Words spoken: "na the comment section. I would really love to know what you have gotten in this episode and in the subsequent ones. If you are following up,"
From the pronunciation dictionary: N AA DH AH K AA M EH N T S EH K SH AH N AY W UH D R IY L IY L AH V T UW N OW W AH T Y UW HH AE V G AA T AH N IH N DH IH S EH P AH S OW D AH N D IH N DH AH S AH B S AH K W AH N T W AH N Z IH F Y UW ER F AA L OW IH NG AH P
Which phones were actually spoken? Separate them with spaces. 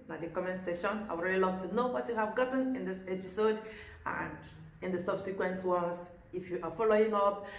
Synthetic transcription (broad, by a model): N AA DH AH K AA M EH N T S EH SH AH N AY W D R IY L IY L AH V T UW N OW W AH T Y UW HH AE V G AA T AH N IH N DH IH S EH P AH S OW D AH N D IH N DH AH S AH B S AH K W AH N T W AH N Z IH F Y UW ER F AA L OW IH NG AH P